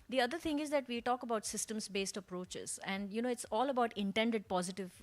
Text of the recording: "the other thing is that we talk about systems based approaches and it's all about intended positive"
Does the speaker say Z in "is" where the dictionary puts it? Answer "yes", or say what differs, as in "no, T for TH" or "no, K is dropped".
yes